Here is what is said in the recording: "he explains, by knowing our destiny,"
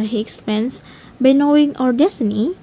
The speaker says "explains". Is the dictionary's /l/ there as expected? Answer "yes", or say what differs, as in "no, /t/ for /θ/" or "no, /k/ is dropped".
no, /l/ is dropped